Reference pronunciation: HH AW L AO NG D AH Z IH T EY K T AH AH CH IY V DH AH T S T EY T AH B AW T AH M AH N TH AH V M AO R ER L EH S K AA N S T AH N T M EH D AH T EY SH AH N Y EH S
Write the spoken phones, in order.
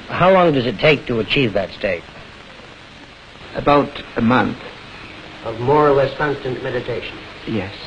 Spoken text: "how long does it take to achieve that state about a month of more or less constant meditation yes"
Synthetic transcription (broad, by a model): HH AW L AO NG D AH Z IH T EY K T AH AH CH IY V DH AH T S T EY T AH B AW T AH M AH N TH AH V M AO R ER L EH S K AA N S T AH N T M EH D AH T EY SH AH N Y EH S